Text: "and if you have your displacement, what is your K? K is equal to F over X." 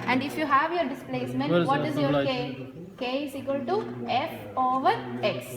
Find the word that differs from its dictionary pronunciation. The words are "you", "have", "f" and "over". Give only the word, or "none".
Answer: none